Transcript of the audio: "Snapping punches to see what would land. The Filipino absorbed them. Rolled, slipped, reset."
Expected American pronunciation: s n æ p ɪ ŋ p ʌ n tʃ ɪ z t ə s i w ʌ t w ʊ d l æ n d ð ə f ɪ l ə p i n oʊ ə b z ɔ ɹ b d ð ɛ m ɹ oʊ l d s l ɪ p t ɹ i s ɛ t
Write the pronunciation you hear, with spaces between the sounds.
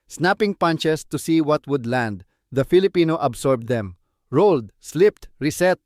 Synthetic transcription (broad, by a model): s n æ p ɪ ŋ p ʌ n tʃ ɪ s t ə s i w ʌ t w ʊ d l æ n d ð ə f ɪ l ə p i n oʊ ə b s ɔ ɹ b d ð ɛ m ɹ oʊ l d s l ɪ p t ɹ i s ɛ t